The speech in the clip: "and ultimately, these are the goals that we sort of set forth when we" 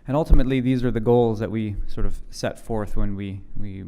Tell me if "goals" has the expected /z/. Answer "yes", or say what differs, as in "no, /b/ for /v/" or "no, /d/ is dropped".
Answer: yes